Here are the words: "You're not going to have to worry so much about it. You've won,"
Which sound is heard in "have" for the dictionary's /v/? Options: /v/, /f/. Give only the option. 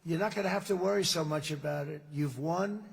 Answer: /f/